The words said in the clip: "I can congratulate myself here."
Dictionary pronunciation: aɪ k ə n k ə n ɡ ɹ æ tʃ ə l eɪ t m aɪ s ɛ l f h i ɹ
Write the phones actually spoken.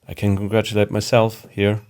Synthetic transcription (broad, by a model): aɪ k ə n k ə n ɡ ɹ æ tʃ ə l eɪ t m aɪ s ɛ l f h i ɹ